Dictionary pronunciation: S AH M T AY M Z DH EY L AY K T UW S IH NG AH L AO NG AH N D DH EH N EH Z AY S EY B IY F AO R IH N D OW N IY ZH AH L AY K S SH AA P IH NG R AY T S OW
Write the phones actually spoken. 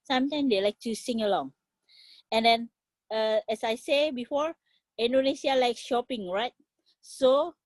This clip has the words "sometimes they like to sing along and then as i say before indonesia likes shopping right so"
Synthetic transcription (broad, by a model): S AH M T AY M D EY L AY K T UW S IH NG AH L AO NG AH N D EH N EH S AY S EY B IY F AO R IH N D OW N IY S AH L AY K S SH AA P IH NG R AY T S OW